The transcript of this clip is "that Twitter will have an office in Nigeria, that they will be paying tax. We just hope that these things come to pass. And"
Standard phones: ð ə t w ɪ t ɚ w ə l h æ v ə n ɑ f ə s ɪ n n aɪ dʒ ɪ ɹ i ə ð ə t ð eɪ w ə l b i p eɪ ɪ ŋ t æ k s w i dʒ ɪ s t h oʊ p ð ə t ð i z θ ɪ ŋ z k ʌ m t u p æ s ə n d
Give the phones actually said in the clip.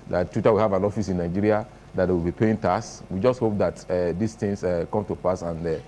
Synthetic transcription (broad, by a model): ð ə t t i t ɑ w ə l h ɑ v ə n ɑ f ə s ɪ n n aɪ dʒ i ɹ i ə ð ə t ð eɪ w ə l b i p eɪ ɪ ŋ t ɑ s w i dʒ ɪ s t h oʊ p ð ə t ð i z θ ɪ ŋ s k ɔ m t u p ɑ s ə n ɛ